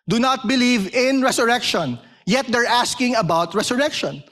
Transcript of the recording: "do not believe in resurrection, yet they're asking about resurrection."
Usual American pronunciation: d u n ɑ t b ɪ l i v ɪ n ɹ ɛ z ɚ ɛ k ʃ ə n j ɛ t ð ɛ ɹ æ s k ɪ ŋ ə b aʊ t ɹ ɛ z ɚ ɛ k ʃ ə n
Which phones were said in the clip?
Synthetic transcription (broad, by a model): d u n ɑ t b ɪ l i v ɪ n ɹ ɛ s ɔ ɛ k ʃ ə n j ɛ t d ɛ ɹ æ s k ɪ ŋ ə b aʊ t ɹ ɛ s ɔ ɛ k ʃ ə n